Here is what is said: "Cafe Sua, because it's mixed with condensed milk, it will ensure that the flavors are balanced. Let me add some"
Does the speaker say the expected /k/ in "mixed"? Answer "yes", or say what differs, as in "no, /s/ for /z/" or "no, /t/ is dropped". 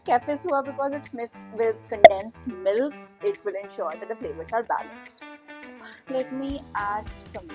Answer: no, /k/ is dropped